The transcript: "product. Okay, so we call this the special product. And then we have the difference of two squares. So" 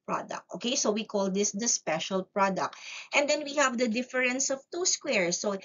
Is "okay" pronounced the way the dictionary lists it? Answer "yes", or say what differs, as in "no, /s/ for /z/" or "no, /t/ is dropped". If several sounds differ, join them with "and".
yes